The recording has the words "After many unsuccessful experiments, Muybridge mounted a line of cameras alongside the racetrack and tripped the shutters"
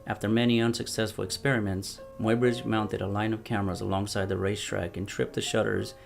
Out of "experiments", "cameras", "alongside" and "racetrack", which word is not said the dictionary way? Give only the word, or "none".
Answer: none